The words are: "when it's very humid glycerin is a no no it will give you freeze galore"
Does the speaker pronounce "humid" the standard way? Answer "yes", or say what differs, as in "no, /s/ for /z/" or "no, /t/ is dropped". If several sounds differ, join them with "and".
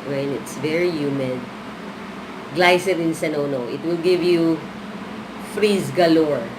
yes